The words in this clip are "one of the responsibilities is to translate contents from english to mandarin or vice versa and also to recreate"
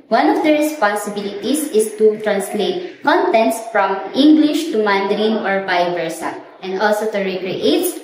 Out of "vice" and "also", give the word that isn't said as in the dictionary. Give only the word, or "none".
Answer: vice